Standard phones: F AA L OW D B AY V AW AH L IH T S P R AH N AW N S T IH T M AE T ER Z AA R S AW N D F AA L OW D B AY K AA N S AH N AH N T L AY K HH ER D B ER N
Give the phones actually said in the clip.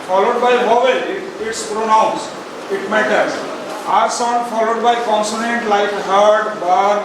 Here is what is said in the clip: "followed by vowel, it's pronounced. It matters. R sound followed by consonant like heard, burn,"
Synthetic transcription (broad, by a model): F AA L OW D B AY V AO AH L IH T S P R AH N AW N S IH T M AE T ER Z AA R S AW N D F AA L OW D B AY K AA N S AH N AH N T L AY K HH ER D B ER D